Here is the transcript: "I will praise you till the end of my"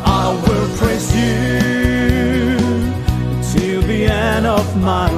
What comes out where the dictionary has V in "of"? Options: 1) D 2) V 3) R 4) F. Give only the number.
2